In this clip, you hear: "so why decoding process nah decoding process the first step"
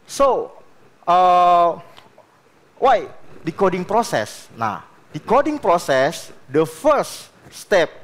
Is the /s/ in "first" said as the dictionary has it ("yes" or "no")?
no